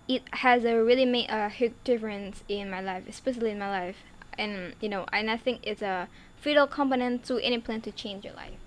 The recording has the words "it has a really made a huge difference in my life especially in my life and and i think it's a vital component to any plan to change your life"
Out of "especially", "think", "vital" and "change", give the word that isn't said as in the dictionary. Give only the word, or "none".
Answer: vital